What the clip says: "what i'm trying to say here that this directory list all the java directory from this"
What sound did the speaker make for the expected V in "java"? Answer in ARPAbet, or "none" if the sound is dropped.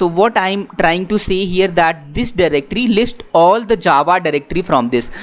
V